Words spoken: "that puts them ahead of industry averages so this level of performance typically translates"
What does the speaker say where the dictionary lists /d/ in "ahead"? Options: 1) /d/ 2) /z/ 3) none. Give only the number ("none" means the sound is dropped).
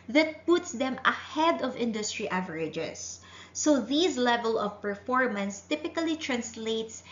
1